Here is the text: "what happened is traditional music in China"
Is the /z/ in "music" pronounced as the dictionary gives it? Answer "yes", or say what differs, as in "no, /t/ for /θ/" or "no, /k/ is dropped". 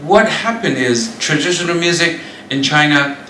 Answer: yes